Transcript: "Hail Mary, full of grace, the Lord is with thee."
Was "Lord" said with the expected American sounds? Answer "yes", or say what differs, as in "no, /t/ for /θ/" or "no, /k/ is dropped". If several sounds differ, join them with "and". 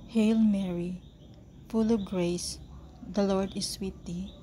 yes